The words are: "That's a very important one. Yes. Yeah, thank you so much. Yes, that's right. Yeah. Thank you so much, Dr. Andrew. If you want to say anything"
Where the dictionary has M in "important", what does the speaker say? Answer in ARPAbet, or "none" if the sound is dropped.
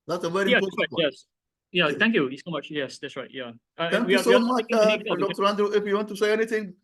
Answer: none